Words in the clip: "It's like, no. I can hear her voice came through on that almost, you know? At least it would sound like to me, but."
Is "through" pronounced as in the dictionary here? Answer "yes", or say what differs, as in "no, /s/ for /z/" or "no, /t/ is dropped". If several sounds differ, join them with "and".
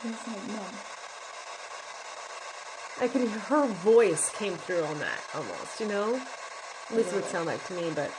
yes